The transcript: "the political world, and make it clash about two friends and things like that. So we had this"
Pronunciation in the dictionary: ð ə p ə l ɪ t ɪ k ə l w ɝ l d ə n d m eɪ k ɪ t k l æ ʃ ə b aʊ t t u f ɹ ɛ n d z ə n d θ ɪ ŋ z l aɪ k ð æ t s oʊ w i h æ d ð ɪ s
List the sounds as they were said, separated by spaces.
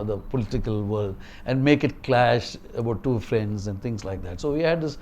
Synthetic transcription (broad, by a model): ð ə p ə l ɪ t ɪ k ə l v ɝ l d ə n d m eɪ k ɪ t k l æ ʃ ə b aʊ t t u f ɹ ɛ n d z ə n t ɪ ŋ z l aɪ k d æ t s oʊ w i h æ d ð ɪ s